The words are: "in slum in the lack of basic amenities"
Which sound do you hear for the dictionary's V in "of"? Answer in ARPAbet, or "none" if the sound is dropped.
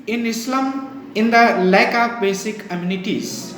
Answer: P